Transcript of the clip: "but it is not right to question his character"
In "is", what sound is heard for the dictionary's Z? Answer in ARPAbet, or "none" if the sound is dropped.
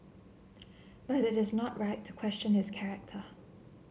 Z